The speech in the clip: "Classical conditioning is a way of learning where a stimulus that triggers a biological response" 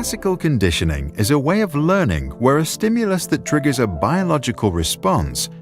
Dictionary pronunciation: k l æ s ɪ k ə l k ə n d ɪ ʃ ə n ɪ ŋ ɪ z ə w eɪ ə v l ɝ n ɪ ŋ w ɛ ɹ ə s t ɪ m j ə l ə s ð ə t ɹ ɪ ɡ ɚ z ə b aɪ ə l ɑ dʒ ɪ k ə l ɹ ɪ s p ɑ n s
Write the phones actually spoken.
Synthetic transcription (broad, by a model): s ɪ k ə l k ə n d ɪ ʃ ə n ɪ ŋ ɪ z ə w eɪ ə v l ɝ n ɪ ŋ w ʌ ɹ ə s t ɪ m j ə l ə s ð ə t ɹ ɪ ɡ ɚ z ə b aɪ ə l ɑ dʒ ɪ k ə l ɹ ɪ s p ɑ n s